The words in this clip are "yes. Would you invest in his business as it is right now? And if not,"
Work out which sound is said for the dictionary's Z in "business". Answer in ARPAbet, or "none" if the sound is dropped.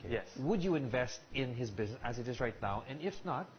Z